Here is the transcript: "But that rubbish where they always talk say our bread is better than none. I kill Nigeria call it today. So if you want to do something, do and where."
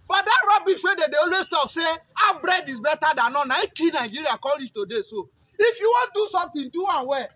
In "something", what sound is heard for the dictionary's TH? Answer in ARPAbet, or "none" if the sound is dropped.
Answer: T